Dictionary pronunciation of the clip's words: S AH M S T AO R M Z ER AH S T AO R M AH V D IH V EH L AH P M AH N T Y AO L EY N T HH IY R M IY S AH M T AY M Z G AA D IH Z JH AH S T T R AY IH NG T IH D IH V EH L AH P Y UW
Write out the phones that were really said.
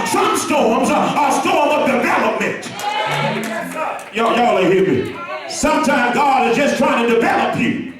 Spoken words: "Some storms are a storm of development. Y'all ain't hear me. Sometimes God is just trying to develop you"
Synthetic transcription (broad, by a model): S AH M S T AO R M Z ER AH S T AO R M AH V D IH V EH L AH P M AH N T Y AO L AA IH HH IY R M IY S AH M T AY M G AA D IH Z JH AH S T T R AY IH NG T IH D IH V EH L AH P Y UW